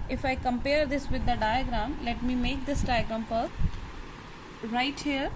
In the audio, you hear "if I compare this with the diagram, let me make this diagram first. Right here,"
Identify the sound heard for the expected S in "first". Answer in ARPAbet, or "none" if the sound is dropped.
none